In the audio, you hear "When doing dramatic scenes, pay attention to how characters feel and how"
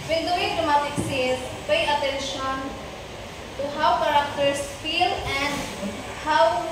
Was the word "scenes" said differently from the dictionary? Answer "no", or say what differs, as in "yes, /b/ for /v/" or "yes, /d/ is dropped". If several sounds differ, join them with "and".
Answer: yes, /n/ is dropped